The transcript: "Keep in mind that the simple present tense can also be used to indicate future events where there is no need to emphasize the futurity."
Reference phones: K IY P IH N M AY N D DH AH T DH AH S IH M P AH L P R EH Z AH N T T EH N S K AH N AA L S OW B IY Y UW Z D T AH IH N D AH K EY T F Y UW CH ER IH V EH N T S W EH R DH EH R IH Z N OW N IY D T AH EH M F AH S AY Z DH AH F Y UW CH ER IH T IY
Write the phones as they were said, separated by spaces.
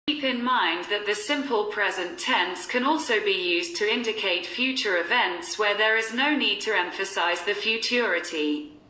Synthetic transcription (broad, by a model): IY P IH N M AY N DH AH T DH AH S IH M P AH L P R EH Z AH N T T EH N S K AH N AA L S OW B IY Y UW Z T AH IH N D AH K EY T F Y UW CH ER IH V EH N T S W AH DH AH R IH Z N OW N IY D T AH EH M F AH S AY Z DH AH F Y UW CH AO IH T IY